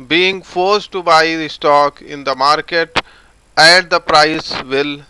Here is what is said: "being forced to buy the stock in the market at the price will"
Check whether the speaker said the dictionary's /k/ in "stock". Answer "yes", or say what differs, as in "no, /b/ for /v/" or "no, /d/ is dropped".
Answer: yes